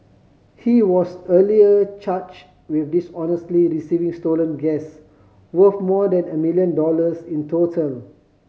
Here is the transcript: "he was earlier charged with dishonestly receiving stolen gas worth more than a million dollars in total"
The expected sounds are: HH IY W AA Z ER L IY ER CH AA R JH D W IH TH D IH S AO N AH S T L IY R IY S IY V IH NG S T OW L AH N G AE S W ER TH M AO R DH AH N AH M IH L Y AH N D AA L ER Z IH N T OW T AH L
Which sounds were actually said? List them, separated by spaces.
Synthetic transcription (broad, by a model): HH IY W AA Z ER L IY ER CH AA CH W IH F D IH S AO N AH S T L IY R IY S IY V IH NG S T OW L AH N G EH S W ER F M AO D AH N AH M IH L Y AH N D AA L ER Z IH N T OW T AH L